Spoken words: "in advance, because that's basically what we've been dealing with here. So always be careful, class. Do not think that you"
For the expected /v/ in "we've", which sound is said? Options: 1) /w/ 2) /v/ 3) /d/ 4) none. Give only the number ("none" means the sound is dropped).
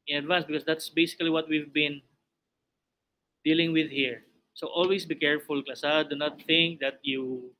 2